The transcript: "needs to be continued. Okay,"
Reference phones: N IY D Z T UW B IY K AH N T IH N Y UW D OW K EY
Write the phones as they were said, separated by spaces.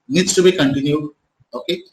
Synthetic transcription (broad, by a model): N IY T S T UW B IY K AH N T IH N Y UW OW K EY